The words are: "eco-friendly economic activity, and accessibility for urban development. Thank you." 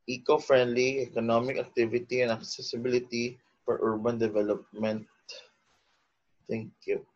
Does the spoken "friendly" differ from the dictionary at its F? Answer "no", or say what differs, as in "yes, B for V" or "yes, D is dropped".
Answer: no